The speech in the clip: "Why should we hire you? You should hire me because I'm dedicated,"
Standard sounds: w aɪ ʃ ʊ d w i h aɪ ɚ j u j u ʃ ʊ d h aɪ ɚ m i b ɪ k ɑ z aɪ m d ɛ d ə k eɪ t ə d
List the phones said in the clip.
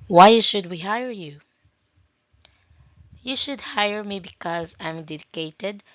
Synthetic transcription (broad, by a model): w aɪ ʃ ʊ d w i h aɪ ɚ j u j u ʃ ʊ d h aɪ ɚ m i b ɪ k ɑ z aɪ m d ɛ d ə k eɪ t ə d